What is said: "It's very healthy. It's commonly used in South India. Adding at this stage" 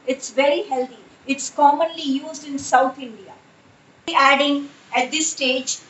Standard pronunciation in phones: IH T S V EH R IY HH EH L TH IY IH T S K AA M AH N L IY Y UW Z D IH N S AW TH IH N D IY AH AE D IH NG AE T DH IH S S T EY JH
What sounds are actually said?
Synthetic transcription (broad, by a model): IH T S V EH R IY HH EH L T IY IH T S K AA M AH N L IY Y UW Z D IH N S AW T IH N D IY AH AE D IH NG AE T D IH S S T EY JH